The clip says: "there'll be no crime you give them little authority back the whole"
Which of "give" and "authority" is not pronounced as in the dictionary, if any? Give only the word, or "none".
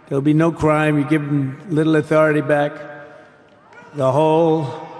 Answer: none